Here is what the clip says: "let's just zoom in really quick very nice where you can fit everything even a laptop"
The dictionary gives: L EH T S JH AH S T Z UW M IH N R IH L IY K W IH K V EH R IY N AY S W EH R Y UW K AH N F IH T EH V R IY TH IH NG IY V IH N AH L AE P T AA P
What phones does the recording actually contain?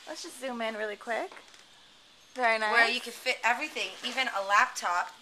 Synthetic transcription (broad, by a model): L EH T S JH AH S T Z UW M IH N R IH L IY K W IH K V EH R IY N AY W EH R Y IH K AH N F IH T EH V R IY TH IH NG IY V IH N AH L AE P T AA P